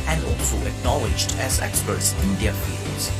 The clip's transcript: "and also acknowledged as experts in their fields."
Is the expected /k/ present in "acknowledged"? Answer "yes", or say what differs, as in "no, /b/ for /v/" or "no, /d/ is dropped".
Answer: yes